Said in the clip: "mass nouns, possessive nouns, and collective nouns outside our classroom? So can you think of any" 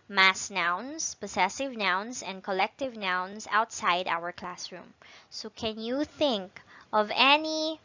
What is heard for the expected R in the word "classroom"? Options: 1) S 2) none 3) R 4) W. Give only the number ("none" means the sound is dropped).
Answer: 3